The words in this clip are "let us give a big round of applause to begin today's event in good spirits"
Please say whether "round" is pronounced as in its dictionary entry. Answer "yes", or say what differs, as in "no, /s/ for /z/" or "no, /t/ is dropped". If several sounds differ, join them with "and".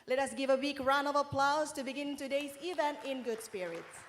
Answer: no, /d/ is dropped